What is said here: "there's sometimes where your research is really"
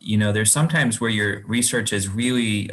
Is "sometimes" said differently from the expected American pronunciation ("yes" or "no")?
no